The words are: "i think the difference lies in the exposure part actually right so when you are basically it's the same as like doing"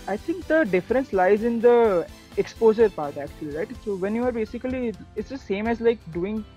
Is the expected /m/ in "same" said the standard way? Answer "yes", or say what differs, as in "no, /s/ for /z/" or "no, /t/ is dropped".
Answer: yes